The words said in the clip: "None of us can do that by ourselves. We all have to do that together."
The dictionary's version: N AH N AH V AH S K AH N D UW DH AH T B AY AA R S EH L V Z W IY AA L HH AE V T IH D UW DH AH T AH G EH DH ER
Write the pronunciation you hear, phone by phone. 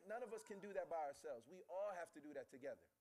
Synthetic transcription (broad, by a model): N AH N AH V AH S K AH N D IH DH AH T B AY AA R S EH L V Z W IY AA L HH AE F T IH D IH DH AH T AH G EH DH ER